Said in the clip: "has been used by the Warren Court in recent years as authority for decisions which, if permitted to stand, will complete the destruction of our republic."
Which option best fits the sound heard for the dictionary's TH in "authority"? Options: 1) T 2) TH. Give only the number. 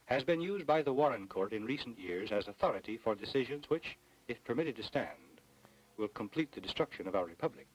2